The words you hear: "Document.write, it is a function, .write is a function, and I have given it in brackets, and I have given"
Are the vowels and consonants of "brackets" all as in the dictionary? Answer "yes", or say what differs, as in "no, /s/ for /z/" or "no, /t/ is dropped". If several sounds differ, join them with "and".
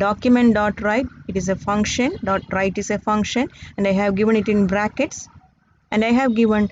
yes